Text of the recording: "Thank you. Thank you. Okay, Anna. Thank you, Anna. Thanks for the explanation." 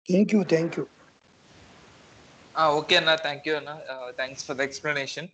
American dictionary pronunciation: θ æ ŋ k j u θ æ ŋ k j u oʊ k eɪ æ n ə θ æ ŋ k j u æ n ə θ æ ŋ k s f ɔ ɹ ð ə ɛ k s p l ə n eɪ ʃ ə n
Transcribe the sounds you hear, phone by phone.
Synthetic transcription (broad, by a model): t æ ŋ k j u t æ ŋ k j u oʊ k eɪ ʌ n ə t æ ŋ k j u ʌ n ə t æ ŋ k s f ɔ ɹ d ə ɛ k s p l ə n eɪ ʃ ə n